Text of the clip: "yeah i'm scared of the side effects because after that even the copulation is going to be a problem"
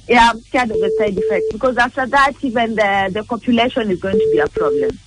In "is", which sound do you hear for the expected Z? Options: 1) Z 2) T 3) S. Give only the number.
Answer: 1